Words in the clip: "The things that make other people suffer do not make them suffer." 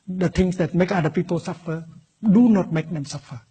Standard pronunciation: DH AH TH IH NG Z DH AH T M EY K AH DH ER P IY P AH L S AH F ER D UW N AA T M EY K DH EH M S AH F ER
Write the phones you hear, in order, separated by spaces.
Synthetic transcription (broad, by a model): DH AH T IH NG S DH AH T M EY K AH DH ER P IY P AH L S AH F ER D UW N AA T M EY K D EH M S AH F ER